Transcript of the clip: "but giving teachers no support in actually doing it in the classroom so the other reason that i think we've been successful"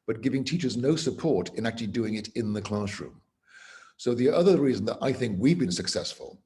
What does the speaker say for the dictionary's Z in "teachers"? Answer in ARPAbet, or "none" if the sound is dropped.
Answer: Z